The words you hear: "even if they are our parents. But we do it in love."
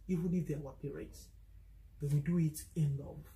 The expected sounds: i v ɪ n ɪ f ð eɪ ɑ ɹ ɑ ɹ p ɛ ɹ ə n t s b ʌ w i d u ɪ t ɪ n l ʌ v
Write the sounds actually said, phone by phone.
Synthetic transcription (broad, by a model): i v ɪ n ɪ f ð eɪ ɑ w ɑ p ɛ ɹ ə t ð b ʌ w i d u ɪ t ɪ n l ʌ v